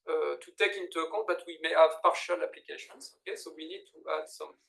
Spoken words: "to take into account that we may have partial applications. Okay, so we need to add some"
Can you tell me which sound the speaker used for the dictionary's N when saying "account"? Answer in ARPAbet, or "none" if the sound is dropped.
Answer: none